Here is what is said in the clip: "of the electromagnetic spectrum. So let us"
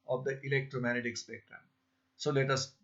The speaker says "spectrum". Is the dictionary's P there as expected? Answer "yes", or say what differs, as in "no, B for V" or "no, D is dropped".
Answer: no, B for P